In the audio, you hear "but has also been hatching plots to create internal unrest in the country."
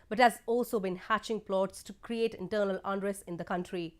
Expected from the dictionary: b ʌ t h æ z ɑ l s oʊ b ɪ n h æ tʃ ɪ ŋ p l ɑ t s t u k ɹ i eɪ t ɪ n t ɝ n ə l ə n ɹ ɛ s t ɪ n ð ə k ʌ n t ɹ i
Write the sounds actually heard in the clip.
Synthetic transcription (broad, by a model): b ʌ t h æ z ɑ l s oʊ b ɪ n h æ tʃ ɪ ŋ p l ɑ t s t u k ɹ i eɪ t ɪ n t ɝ n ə l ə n ɹ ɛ s ɪ n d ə k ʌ n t ɹ i